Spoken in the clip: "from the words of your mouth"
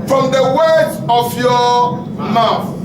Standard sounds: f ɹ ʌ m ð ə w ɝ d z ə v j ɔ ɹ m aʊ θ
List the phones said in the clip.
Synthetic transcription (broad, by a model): f ɹ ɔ m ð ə w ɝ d ə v j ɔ m aʊ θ